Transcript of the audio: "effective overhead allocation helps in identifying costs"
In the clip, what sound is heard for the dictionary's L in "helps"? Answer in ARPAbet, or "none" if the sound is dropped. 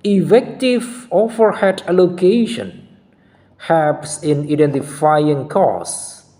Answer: none